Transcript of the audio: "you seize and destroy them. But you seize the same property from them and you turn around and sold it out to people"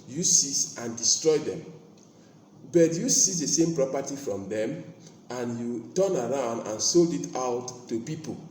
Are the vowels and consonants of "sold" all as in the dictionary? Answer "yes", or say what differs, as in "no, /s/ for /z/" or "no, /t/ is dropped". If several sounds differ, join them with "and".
yes